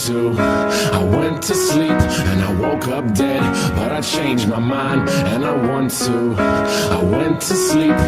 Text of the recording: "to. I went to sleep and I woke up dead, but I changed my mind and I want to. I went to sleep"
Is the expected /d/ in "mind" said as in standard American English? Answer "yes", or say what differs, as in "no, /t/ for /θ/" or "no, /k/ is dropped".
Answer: yes